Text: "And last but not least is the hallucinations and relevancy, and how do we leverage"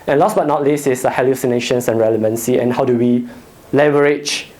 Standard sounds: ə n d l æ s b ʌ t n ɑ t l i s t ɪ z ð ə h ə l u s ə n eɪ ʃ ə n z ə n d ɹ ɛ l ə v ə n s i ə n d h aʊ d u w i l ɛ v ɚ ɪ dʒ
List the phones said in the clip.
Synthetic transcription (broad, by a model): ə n l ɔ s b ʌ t n ɑ t l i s ɪ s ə h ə l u s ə n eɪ ʃ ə n s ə n ɹ ɛ l ə v ə n s i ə n h aʊ d u w i l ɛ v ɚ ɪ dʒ